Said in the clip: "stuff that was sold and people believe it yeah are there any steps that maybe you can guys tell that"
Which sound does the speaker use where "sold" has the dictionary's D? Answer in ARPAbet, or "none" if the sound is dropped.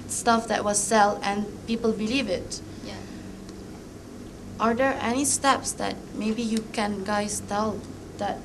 none